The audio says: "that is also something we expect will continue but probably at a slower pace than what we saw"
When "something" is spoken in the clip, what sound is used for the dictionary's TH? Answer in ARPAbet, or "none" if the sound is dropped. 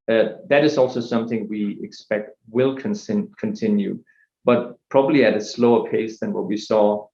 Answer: TH